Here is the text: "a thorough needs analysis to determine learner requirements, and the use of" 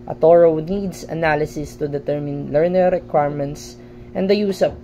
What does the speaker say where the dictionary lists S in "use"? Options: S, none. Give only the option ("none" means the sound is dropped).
S